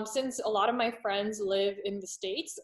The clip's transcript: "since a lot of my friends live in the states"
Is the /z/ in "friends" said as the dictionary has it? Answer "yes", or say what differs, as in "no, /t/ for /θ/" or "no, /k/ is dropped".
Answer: yes